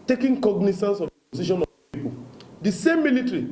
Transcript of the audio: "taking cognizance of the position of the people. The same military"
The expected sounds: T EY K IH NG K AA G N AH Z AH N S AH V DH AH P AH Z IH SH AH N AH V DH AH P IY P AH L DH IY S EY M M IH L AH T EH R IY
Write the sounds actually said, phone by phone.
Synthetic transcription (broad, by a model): T EY K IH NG K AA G N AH S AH N S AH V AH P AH S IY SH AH N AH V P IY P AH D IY S EY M M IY L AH T R IY